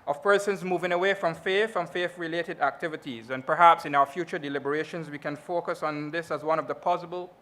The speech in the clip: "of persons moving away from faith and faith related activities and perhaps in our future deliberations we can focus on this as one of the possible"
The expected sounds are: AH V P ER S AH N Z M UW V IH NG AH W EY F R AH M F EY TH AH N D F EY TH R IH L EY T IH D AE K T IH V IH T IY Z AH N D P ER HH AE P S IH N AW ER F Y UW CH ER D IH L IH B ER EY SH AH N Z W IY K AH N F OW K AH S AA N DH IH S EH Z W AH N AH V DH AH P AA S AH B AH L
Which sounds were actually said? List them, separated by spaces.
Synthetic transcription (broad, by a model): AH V P ER S AH N Z M UW V IH NG AH W EY F R AH M F EY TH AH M F EY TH R IH L EY T IH D AE K T IH V IH T IY Z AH N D P ER HH AE P S IH N AW ER F Y UW CH ER D IH L IH B ER EY SH AH N Z W IY K AH N F OW K AH S N DH IH S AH Z W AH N AH V DH AH P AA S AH B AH L